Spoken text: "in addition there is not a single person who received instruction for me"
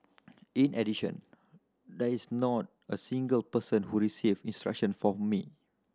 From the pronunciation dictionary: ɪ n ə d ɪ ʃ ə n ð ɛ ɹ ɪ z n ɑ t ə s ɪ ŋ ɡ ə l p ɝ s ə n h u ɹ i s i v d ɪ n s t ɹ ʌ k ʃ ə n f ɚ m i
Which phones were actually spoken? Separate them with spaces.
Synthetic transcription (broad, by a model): ɪ n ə d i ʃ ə n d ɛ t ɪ s n ɑ t ə s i ŋ ɡ ə l p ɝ s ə n h u ɹ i s i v ɪ n s t ɹ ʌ k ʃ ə n f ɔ m i